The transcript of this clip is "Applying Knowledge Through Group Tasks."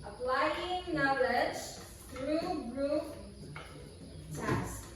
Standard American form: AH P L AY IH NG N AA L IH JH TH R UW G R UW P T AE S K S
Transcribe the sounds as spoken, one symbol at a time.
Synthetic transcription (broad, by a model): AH P L AY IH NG N AA L IH JH T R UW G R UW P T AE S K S